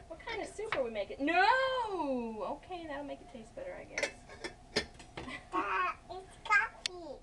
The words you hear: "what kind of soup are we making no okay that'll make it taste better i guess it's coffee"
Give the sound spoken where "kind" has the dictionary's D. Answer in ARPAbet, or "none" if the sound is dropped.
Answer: D